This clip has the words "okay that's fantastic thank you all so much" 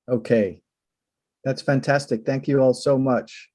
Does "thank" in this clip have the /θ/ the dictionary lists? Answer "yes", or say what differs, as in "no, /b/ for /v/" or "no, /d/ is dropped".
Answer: yes